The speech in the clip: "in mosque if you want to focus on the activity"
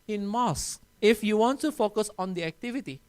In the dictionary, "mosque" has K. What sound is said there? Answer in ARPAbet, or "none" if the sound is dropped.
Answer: none